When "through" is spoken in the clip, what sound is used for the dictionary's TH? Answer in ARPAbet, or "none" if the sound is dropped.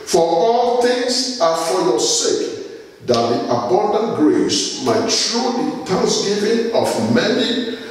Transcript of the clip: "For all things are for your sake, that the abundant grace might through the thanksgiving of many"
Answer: T